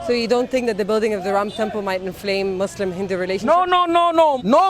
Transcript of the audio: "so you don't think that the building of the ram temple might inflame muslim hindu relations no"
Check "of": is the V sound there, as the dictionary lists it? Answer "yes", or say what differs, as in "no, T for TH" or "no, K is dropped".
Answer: yes